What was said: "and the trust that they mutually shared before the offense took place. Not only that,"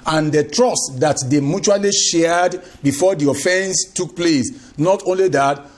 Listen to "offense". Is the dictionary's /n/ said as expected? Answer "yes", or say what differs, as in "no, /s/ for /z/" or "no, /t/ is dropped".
yes